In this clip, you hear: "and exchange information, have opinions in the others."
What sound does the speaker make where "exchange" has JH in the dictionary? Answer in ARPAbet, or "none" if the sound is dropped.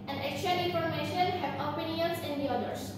none